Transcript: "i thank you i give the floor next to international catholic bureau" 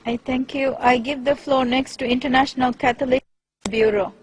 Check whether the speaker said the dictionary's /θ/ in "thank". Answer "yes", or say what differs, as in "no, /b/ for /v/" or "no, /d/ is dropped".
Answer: no, /t/ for /θ/